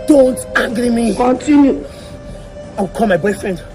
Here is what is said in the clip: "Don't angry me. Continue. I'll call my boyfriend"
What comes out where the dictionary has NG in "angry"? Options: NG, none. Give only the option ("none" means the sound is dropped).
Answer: none